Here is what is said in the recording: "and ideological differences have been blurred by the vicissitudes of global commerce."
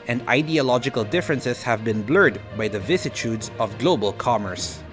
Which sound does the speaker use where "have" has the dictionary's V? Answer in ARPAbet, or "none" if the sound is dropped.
V